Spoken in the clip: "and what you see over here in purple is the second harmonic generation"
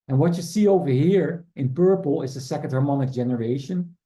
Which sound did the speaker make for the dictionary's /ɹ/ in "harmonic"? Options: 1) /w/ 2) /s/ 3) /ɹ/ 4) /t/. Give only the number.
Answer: 3